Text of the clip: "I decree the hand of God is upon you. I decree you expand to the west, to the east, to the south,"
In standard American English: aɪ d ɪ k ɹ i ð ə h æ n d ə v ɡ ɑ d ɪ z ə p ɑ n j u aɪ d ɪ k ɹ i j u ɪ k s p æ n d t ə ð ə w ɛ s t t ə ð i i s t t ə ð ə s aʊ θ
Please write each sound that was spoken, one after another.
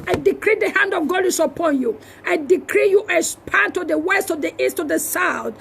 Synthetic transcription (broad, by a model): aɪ d ɪ k ɹ i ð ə h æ n d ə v ɡ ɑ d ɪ s ə p ɑ n j u aɪ d ɪ k ɹ i j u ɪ s p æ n t ə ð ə w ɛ s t t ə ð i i s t t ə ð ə s aʊ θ